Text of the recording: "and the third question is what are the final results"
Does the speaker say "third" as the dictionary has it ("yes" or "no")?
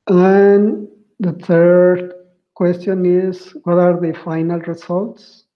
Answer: no